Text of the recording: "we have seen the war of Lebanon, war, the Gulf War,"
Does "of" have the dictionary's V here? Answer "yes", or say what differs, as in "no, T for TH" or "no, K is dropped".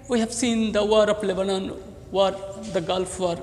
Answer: no, P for V